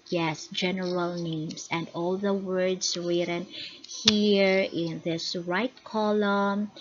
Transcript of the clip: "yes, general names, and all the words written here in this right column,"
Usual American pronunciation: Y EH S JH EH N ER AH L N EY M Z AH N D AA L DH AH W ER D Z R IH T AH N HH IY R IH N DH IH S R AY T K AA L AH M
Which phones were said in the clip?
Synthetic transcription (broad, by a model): Y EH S JH EH N ER AH L N EY M S AH N D AA L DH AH W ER D S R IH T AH N HH IY R IH N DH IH S R AY T K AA L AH M